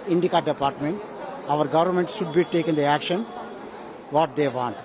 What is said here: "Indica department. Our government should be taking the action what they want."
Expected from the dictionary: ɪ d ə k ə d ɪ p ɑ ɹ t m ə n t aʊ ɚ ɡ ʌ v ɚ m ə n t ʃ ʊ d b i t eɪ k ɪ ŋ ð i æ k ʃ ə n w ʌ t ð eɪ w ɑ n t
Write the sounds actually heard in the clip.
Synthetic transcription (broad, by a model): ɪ d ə k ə d ɪ p ɑ ɹ t m ə n t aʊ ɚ ɡ ʌ v ɚ m ə n t ʃ ʊ d b i t eɪ k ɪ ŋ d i æ k ʃ ə n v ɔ t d eɪ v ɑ n t